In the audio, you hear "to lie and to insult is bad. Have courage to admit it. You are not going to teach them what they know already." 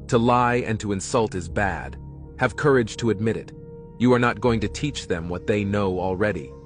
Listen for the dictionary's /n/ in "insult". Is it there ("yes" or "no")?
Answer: yes